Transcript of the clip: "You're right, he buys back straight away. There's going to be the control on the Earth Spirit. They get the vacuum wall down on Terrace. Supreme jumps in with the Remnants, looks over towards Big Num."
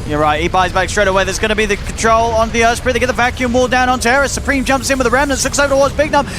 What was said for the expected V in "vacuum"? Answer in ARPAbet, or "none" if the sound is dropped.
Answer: V